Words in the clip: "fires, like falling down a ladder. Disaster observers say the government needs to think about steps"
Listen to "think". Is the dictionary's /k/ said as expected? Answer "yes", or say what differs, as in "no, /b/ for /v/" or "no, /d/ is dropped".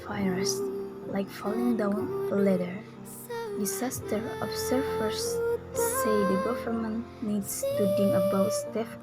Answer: no, /k/ is dropped